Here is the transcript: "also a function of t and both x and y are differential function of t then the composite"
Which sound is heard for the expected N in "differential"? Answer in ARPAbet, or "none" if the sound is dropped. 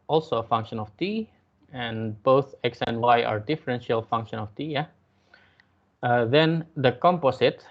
N